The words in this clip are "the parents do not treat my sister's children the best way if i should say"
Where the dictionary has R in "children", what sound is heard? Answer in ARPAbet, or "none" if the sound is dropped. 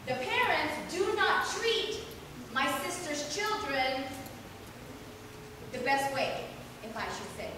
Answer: R